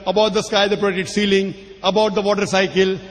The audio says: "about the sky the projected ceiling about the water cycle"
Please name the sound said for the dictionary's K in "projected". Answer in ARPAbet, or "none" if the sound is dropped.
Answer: none